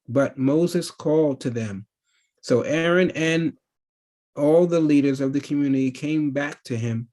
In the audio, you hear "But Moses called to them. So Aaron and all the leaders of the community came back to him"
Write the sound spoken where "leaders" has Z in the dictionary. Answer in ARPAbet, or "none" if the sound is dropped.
Z